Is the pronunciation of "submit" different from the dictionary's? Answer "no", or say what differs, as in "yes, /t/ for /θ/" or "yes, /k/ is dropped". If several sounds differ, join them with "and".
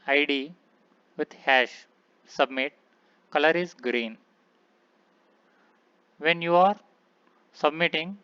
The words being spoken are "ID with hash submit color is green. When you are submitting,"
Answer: no